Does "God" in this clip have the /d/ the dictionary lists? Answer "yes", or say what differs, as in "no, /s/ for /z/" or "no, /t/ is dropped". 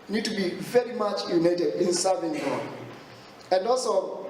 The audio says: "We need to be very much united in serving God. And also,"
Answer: no, /d/ is dropped